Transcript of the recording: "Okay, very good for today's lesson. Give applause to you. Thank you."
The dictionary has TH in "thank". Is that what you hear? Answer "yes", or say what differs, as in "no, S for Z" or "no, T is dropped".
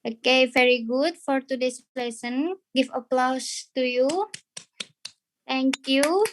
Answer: no, T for TH